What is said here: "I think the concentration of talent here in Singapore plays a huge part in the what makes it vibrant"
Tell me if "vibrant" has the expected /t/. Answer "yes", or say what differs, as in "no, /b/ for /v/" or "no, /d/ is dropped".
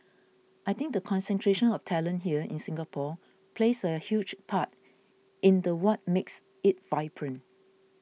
no, /t/ is dropped